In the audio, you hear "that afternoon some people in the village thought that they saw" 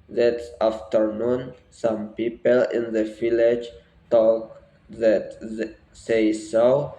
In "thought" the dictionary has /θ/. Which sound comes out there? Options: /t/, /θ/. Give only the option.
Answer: /t/